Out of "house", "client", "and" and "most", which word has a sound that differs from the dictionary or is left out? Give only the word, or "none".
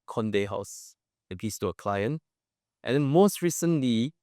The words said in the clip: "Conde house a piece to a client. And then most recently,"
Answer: none